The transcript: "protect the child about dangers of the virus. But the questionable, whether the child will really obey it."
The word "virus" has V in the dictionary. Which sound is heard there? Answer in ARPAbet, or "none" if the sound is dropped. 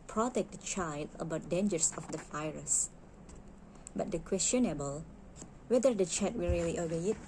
F